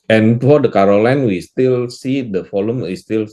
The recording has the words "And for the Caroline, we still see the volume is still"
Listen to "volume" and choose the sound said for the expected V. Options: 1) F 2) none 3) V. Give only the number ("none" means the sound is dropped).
1